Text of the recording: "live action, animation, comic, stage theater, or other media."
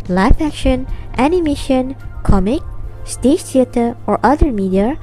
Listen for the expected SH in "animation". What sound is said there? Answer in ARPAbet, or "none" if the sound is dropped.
SH